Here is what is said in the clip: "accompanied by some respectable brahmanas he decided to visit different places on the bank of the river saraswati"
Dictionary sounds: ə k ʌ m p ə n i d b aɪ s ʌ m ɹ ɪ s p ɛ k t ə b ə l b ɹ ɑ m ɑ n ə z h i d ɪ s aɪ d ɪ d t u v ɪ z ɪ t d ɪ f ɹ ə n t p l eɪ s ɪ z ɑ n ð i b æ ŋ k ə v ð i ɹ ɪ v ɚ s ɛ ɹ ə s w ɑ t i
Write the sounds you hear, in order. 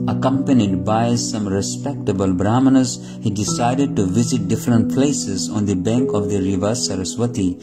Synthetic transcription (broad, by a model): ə k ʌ m p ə n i d b aɪ s ʌ m ɹ ɪ s p ɛ k t ə b ə l b ɹ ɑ m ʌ n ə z h i d ɪ s aɪ d ɪ d t u v ɪ z ɪ t d ɪ f ɹ ə n t p l eɪ s ɪ z ɑ n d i b æ ŋ k ə v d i ɹ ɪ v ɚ s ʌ ɹ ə s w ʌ t i